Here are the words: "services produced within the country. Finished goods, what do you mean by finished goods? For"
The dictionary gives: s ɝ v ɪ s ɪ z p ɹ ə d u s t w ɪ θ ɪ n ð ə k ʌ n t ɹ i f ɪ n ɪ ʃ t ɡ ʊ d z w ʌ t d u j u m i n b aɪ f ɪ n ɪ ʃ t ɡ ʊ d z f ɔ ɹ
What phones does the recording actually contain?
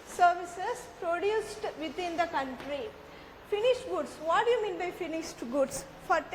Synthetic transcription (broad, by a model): s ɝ v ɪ s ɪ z p ɹ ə d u s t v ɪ t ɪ n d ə k ʌ n t ɹ i f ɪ n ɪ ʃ t ɡ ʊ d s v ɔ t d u j u m i n b aɪ f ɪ n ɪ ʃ t ɡ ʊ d s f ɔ ɹ